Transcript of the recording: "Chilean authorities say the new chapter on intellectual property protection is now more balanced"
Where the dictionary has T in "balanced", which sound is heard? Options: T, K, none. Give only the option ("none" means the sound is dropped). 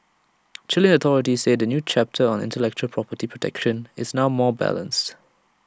T